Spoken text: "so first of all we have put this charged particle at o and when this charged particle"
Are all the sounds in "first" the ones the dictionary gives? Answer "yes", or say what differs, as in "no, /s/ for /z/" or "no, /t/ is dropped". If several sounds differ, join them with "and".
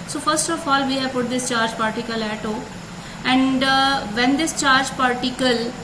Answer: yes